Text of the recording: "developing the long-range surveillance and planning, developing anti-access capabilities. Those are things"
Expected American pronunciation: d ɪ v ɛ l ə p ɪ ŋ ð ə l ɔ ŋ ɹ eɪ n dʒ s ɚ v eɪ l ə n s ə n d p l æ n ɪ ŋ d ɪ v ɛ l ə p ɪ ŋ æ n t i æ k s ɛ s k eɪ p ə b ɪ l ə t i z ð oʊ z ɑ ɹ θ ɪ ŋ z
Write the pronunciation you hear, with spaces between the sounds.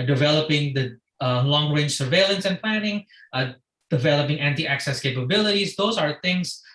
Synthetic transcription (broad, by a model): d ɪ v ɛ l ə p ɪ ŋ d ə l ɔ ŋ ɹ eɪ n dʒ s ɚ v eɪ l ə n s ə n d p l æ n ɪ ŋ d ɪ v ɛ l ə p ɪ ŋ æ n t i æ k s ɛ s k eɪ p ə b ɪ l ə t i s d oʊ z ɑ ɹ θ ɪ ŋ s